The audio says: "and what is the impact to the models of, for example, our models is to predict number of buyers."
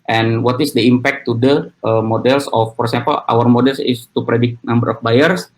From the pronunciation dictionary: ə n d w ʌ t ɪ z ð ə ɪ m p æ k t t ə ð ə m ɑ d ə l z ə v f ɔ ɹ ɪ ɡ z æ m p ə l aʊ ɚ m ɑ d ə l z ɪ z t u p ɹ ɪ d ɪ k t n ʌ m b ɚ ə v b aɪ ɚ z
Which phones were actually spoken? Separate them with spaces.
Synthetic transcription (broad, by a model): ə n w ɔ t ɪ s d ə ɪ m p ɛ k t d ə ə m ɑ d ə l s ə f ɔ ɹ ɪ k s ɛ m p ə l aʊ ɚ m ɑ d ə l s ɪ s t u p ɹ ɪ d ɪ k t n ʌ m b ɚ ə f b aɪ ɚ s